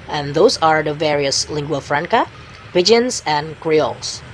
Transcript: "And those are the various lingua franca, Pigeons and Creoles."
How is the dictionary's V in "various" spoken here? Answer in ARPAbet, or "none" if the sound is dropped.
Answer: V